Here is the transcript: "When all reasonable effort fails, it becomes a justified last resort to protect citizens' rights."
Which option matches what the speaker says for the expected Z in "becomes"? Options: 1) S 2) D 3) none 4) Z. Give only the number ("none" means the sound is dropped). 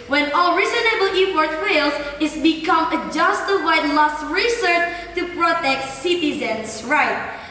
3